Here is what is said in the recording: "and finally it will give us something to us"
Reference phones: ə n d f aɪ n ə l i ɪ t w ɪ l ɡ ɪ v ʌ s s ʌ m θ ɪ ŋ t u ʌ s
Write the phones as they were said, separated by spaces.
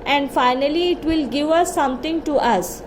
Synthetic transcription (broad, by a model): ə n d f aɪ n ə l i ɪ t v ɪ l ɡ ɪ v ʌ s s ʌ m t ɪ ŋ t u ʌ s